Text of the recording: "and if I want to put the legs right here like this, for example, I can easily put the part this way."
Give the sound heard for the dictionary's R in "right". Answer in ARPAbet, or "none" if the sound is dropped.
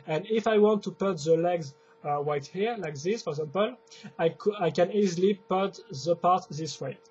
W